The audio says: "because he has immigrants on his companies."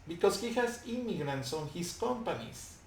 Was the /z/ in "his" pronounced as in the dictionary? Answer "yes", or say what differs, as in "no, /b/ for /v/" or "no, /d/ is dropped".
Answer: no, /s/ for /z/